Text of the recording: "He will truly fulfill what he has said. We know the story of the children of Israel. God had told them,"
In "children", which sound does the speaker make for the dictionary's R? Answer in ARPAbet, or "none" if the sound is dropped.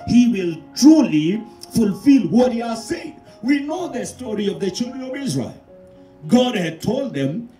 R